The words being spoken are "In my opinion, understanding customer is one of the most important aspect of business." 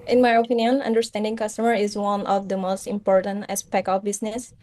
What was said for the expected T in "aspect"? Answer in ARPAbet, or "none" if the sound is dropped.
none